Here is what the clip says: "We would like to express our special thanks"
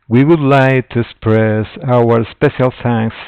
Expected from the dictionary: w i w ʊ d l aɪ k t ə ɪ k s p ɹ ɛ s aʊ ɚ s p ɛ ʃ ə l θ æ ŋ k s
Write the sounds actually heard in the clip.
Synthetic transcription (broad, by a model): w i w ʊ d l aɪ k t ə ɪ s p ɹ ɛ s aʊ ɚ s p ɛ ʃ ə l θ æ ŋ k s